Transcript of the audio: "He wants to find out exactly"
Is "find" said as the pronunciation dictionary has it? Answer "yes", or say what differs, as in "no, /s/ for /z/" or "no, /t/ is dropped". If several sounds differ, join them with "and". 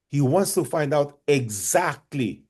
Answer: yes